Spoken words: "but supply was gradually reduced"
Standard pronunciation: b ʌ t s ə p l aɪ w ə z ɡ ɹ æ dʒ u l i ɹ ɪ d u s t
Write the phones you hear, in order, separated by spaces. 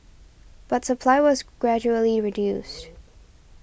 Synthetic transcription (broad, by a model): b ʌ t s ə p l aɪ w ə z ɡ ɹ æ dʒ u l i ɹ ɪ d u s t